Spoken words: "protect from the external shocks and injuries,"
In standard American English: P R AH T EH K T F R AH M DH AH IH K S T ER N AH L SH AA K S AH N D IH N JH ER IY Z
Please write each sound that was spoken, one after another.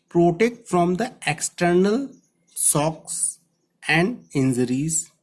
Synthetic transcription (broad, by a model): P R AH T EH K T F R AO M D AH IH K S T ER N AH L S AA K S AH N D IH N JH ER IY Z